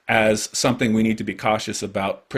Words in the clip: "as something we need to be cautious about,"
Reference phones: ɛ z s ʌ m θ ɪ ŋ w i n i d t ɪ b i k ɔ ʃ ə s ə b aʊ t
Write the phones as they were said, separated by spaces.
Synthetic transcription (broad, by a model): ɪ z s ʌ m θ ɪ ŋ w i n i d t ɪ b i k ɔ ʃ ə s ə b aʊ t